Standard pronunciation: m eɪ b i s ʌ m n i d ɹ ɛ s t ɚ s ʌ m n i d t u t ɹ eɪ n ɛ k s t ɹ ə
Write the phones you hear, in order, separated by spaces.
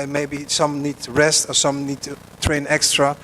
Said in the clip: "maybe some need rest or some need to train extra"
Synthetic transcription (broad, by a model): m eɪ b i s ʌ m n i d ɹ ɛ s t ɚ s ʌ m n i d t u t ɹ eɪ n ɛ k s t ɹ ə